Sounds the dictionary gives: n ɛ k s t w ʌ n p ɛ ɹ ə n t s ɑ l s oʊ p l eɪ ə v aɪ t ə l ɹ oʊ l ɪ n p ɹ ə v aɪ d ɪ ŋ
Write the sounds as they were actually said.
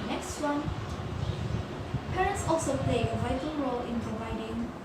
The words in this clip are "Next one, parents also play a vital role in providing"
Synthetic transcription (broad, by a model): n ɛ k s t w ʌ n p ɛ ɹ ə n t s ɑ l s oʊ p l eɪ ə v aɪ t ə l ɹ oʊ l ɪ n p ɹ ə v aɪ d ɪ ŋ